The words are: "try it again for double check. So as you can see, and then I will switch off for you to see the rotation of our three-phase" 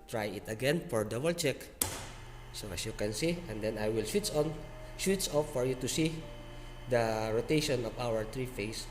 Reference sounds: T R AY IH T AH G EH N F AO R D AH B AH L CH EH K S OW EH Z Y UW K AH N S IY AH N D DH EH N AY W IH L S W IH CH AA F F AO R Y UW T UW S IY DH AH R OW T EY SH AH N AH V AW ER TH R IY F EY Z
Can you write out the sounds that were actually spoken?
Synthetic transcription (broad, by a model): T R AY IH T AH G EH N F AO R D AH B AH L CH EH K S OW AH S Y UW K AH N S IY AH N D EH N AY W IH L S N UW S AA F F AO R Y UW T UW S IY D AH R OW T EY SH AH N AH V AW ER T R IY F EY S